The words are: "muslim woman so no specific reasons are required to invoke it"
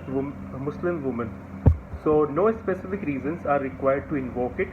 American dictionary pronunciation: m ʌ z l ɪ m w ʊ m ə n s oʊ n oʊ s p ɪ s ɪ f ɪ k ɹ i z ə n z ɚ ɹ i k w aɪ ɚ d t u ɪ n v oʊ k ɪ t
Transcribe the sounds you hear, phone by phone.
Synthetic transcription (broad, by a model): m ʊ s l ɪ m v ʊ m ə n s oʊ n oʊ s p ɪ s ɪ f ɪ k ɹ i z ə n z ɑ ɹ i k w aɪ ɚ d t u ɪ n v oʊ k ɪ t